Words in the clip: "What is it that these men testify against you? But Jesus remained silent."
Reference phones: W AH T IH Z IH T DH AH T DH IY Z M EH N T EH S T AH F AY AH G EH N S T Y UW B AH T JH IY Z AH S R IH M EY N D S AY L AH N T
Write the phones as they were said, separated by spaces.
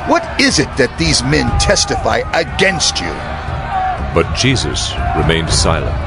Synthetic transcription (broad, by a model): W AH T IH Z IH T DH AH T DH IY Z M EH N T EH S T AH F AY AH G EH N S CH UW B AH T JH IY Z AH S R IH M EY N D S AY L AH N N